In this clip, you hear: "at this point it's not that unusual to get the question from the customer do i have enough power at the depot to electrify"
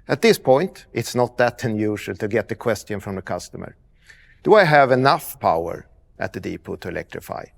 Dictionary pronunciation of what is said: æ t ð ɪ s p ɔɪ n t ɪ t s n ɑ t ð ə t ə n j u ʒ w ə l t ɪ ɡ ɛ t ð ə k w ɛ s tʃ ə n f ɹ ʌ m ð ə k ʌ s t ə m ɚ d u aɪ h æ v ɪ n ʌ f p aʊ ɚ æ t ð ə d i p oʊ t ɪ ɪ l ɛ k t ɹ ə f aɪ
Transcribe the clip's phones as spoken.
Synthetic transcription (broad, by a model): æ t ð ɪ s p ɔɪ n t ɪ t s n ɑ t ð ə t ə n j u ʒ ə l t ɪ ɡ ɛ t ð ə k w ɛ s tʃ ə n f ɹ ʌ m ð ə k ʌ s t ə m ɚ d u aɪ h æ v ɪ n ʌ f p aʊ ɚ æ t ð ə d i p oʊ t ɪ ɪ l ɛ k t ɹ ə f aɪ